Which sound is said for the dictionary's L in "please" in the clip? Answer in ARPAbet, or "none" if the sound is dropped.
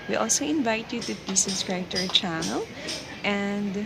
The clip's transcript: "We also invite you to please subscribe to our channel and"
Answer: none